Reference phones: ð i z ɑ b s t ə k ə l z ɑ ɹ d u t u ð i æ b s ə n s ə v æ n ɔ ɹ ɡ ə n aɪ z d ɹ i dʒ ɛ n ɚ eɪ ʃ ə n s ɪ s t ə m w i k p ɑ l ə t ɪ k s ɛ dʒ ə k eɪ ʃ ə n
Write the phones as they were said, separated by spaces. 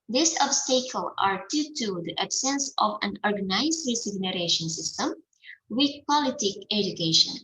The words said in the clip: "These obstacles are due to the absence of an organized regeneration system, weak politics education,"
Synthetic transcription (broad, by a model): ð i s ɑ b s t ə k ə l ɑ ɹ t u t u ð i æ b s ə n s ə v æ n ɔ ɹ ɡ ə n aɪ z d ɹ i z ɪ n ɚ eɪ ʃ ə n s ɪ s t ə m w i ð p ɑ l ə t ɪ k ɛ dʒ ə k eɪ ʃ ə n